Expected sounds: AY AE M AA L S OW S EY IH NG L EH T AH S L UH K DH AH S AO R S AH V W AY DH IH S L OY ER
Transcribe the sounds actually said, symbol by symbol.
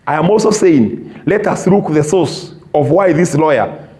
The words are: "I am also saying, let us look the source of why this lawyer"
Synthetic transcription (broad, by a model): AY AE M AA L S OW S EY IH NG L EH T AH S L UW K DH AH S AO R S AH V W AY DH IH S L OY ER